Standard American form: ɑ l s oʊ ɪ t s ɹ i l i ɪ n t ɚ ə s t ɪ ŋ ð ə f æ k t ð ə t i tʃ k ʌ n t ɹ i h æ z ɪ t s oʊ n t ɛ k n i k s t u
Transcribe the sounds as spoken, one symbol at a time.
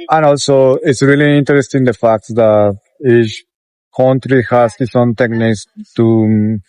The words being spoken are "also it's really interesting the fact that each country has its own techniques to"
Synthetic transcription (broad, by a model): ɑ l s oʊ ɪ t s ɹ i l i ɪ n t ɚ ə s t ɪ ŋ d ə f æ k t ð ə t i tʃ k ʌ n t ɹ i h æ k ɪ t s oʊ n t ɛ k n i k s t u